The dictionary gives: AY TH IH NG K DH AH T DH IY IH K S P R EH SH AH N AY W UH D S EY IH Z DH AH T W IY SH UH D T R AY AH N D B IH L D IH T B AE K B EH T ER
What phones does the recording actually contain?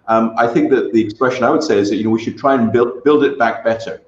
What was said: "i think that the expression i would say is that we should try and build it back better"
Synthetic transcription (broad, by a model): AY TH IH NG K DH AH T DH IY IH K S P R EH SH AH N AY W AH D S EY IH Z DH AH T W IY SH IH D T R AY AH N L B IH L D IH T B AE K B EH T ER